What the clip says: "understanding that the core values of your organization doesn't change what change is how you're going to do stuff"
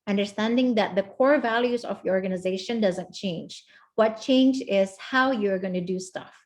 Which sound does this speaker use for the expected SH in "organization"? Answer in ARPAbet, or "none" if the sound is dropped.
SH